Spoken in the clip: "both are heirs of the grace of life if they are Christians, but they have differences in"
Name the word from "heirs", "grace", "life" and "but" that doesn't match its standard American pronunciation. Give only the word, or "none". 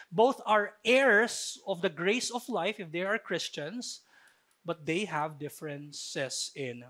heirs